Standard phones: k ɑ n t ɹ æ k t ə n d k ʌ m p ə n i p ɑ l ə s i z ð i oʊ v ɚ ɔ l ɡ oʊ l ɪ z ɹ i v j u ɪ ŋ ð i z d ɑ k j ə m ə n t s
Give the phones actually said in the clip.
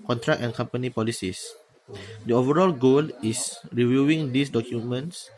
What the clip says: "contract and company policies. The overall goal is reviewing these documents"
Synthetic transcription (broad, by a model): k ɑ n t ɹ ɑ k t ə n k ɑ m p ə n i p ɑ l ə s i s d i oʊ v ɚ ɔ l ɡ oʊ l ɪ s ɹ i v j u ɪ ŋ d i s d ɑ k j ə m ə n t s